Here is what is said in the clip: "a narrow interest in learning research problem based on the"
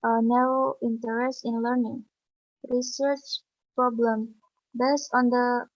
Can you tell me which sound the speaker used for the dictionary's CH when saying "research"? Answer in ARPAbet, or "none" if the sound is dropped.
CH